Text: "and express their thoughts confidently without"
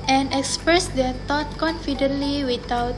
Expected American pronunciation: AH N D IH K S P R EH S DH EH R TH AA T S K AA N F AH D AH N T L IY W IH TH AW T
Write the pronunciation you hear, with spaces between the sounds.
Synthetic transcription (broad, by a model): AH N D IH K S P R EH S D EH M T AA T K AA N F AH D AH N T L IY W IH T AW T